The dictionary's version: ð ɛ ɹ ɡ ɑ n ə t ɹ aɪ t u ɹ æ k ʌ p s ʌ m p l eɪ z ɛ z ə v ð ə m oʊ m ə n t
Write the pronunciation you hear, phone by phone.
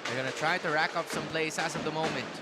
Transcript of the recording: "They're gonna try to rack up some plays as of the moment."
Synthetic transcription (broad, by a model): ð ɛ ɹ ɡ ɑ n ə t ɹ aɪ t u ɹ æ k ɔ f s ʌ m p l eɪ s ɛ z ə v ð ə m oʊ m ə n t